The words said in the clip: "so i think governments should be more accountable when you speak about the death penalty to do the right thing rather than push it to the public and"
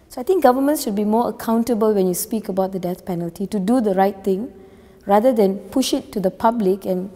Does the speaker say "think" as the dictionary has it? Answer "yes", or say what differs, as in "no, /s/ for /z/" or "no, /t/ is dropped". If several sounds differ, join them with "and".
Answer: no, /t/ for /θ/